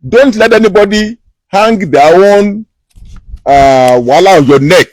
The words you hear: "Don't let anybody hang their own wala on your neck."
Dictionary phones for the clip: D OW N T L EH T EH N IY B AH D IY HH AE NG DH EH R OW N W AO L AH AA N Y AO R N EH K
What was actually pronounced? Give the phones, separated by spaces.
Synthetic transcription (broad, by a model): D OW N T L EH T EH N IY B AH D IY HH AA NG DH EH W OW N W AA L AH AA N Y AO N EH K